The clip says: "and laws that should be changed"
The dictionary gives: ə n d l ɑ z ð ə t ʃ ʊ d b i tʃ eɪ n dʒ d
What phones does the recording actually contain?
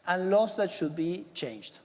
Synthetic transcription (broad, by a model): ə n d l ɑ s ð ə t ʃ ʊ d b i tʃ eɪ n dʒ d